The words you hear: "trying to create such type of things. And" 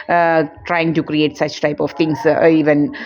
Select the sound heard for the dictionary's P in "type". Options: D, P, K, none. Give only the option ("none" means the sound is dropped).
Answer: P